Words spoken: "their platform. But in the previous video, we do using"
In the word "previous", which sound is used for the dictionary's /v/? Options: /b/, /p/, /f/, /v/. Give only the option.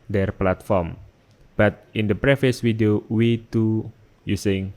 /f/